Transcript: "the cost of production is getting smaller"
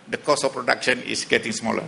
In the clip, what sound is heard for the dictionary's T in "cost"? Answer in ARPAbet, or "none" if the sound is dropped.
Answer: none